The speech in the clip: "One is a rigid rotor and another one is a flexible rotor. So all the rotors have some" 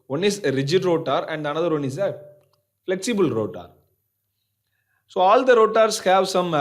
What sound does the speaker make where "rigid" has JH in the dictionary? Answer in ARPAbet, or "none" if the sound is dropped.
JH